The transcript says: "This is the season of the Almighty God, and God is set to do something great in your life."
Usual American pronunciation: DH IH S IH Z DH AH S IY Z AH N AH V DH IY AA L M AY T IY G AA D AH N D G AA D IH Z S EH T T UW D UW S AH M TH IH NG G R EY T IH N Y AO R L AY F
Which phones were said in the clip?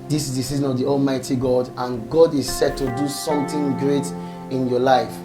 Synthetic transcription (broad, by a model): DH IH S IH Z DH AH S IY Z AH N AH V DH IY AA L M AY T IY G AA D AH N G AA D IH Z S EH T T UW D UW S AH M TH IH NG G R EY T IH N Y AO L AY F